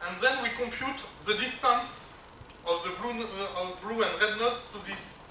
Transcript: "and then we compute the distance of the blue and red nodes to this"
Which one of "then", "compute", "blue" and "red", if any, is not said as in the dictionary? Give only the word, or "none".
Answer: none